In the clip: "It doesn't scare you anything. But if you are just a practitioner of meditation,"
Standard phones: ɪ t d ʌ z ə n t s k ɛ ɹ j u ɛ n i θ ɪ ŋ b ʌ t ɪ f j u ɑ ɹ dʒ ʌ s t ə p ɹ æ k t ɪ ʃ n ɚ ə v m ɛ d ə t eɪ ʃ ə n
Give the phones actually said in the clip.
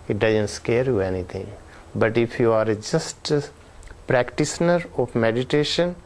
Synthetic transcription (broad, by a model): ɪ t d ʌ z ə n t s k ɛ ɹ j u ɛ n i t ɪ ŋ b ʌ t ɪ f j u ɑ ɹ dʒ ʌ s t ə p ɹ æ k t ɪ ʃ n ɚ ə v m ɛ d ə t eɪ ʃ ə n